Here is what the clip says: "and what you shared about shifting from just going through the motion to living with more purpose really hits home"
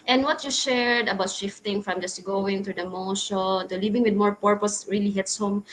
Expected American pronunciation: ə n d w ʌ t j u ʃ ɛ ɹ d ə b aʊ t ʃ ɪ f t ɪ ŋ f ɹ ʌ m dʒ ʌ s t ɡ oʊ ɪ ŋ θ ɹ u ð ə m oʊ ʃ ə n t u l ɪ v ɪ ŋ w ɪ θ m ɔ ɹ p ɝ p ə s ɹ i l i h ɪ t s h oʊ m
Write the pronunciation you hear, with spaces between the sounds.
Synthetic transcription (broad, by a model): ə n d w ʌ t j u ʃ ɛ ɹ d ə b aʊ t ʃ ɪ f t ɪ ŋ f ɹ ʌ m dʒ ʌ s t ɡ oʊ ɪ ŋ t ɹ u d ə m oʊ ʃ ə n t u l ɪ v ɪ ŋ w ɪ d m ɔ ɹ p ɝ p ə s ɹ i l i h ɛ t s h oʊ m